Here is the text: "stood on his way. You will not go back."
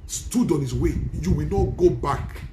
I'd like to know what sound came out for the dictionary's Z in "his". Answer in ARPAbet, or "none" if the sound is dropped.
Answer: S